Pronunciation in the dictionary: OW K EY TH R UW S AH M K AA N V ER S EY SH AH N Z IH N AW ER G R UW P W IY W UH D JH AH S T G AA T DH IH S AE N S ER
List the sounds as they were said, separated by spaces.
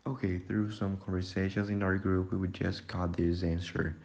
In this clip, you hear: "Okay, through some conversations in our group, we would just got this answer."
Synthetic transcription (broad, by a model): OW K EY TH R UW S AH M K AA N V ER S EY SH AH N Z IH N AW ER G R UW P W IY W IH D JH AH S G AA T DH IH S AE N S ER